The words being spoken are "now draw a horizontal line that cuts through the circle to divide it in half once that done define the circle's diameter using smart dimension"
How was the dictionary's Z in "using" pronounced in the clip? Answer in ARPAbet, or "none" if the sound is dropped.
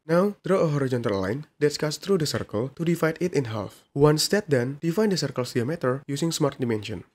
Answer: S